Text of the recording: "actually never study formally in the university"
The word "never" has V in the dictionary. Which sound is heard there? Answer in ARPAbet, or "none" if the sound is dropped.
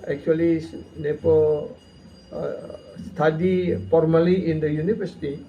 P